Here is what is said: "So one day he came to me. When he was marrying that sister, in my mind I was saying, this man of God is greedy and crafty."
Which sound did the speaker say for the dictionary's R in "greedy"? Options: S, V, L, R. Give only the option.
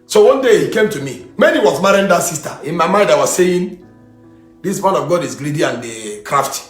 L